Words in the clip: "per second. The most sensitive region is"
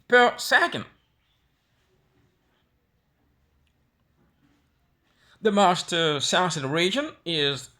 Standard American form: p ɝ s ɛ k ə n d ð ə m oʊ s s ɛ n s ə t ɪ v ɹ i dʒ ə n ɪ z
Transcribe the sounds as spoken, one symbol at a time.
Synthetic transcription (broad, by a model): p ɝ s ɛ k ə n d ð ə m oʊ s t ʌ s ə s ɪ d ɹ i dʒ ə n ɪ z